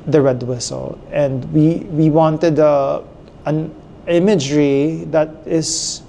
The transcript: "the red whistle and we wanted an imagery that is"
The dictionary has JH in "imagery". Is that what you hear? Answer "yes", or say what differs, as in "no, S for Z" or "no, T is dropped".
yes